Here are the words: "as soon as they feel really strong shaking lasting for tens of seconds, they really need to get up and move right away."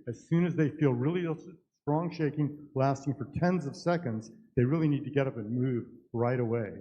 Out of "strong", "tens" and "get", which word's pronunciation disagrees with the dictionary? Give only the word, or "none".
none